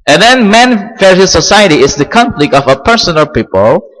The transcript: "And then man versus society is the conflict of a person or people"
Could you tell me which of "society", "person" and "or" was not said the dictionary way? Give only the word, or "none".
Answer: or